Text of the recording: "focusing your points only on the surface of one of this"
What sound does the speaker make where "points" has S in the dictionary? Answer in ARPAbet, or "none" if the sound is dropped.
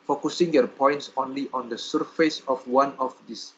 S